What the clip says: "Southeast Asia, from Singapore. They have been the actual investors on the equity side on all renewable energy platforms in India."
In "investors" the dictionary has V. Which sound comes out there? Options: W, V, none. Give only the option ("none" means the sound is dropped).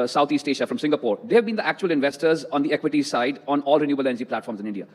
V